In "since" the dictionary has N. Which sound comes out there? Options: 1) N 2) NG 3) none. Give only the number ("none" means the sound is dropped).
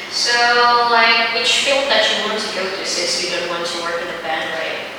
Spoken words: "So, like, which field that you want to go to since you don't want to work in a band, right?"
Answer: 3